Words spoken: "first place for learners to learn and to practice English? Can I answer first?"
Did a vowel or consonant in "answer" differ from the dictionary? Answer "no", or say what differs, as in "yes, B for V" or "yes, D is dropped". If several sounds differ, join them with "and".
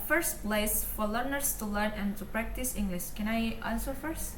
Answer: yes, L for N